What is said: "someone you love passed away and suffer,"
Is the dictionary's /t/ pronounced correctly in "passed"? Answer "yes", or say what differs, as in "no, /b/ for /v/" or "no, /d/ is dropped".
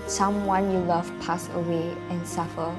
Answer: no, /t/ is dropped